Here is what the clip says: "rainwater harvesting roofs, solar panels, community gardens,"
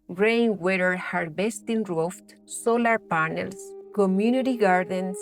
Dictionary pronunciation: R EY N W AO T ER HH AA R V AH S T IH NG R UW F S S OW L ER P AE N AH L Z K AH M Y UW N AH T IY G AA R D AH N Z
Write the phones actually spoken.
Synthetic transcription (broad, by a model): R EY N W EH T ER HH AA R B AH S T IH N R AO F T S OW L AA P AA N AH L S K AH M Y UW N AH T IY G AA R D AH N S